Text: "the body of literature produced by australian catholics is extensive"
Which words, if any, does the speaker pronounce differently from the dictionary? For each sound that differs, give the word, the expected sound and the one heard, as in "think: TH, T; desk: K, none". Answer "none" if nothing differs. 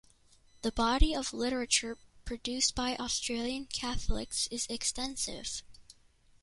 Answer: none